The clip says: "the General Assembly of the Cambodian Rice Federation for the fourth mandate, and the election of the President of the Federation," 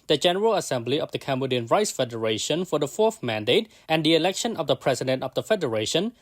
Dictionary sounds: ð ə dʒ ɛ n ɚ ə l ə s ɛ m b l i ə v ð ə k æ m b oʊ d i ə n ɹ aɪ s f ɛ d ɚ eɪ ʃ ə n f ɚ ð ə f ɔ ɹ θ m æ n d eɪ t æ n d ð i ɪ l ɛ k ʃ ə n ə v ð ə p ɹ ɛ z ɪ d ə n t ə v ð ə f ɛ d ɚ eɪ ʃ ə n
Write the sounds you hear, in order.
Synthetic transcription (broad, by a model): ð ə dʒ ɛ n ɚ ə l ə s ɛ m b l i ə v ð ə k æ m b oʊ d i ə n ɹ aɪ s f ɛ d ɚ eɪ ʃ ə n f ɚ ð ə f ɔ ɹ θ m æ n d eɪ t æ n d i ɪ l ɛ k ʃ ə n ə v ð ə p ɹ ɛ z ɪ d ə n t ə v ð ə f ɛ d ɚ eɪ ʃ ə n